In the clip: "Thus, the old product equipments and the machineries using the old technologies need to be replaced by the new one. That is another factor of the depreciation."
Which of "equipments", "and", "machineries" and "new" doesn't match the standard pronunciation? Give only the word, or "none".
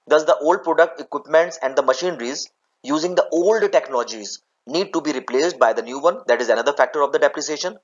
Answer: none